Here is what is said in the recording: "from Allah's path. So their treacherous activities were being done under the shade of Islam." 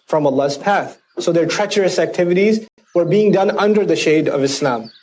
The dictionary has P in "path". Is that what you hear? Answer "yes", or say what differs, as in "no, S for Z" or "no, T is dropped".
yes